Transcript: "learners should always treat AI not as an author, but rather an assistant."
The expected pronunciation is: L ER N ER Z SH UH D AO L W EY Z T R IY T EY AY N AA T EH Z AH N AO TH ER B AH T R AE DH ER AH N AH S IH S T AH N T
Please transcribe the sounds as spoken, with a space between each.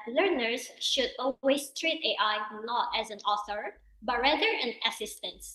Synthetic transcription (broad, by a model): L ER N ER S SH UH D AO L W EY S T R IY T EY AY N AA T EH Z AH N AO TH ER B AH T R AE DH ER AH N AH S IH S T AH N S